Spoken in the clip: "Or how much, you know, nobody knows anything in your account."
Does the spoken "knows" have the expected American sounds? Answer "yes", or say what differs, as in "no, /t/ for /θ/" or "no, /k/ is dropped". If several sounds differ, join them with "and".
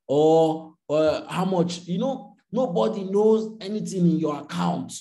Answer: yes